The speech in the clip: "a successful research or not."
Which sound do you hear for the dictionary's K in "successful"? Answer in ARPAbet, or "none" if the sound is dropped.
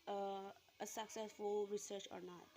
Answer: K